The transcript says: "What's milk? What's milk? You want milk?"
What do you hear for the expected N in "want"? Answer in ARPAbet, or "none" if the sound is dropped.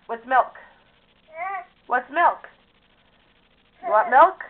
none